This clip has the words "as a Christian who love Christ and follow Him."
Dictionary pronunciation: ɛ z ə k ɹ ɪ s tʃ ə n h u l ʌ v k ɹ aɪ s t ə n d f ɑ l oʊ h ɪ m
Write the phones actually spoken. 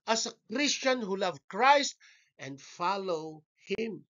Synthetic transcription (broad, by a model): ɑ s ə k ɹ ɪ s tʃ ə n h u l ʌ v k ɹ aɪ s t ə n d f ɑ l oʊ h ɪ m